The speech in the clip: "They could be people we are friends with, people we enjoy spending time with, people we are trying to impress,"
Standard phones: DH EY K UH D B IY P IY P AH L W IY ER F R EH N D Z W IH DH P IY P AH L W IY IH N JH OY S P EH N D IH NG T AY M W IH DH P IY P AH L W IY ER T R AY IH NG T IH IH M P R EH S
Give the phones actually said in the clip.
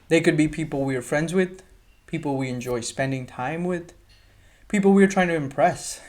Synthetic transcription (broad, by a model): DH EY K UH D B IY P IY P L W IY ER F R EH N D Z W IH DH P IY P L W IY IH N JH OY S P EH N D IH NG T AY M W IH DH P IY P L W IY ER T R AY IH NG T IH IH M P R EH S